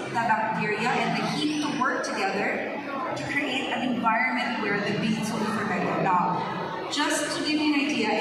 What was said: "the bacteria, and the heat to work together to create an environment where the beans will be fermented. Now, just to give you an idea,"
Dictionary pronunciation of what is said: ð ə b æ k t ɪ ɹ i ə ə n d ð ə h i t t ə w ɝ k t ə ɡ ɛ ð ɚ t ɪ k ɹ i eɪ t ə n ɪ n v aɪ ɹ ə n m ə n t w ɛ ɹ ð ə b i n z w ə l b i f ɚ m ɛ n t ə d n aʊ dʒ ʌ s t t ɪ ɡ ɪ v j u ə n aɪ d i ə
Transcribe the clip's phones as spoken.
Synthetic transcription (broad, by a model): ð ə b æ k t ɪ ɹ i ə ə n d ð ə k i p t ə w ɝ k t ə ɡ ɛ ð ɚ t ɪ k ɹ i eɪ t ə n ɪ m v aɪ ɹ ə n m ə n t w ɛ ɹ ð ə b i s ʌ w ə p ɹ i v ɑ ɪ t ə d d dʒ ʌ s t t ɪ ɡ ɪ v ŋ ə n aɪ d i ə